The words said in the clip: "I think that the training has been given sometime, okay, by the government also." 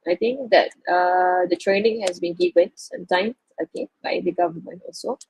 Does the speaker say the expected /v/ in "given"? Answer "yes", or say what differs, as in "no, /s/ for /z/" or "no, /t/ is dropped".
no, /w/ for /v/